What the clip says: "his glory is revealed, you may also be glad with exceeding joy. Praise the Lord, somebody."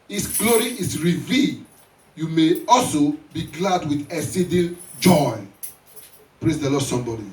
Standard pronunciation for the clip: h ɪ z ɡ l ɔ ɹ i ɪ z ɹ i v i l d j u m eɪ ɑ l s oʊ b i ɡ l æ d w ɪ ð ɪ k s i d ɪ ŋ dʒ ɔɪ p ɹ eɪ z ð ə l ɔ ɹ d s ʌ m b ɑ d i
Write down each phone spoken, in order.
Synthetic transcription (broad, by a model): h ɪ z ɡ l ɔ ɹ i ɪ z ɹ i v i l j u m eɪ ɑ l s oʊ b i ɡ l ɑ d w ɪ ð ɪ s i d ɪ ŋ dʒ ɔɪ p ɹ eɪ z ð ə l ɔ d s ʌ m b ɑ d i